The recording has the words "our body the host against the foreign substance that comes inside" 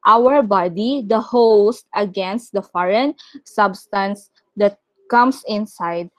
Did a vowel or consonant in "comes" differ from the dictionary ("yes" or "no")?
yes